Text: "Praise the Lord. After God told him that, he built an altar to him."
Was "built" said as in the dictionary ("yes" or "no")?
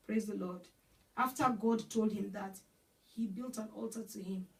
yes